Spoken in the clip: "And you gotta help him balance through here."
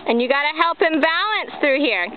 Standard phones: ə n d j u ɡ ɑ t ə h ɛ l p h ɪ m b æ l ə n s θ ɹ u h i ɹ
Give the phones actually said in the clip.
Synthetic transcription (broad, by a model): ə n j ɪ ɡ ɑ t ə h ɛ l p h ɪ m b æ l ə n s θ ɹ u h i ɹ